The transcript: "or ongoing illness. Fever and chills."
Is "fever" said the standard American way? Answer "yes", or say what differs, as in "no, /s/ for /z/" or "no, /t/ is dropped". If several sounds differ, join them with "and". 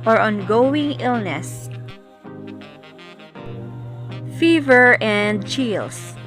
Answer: yes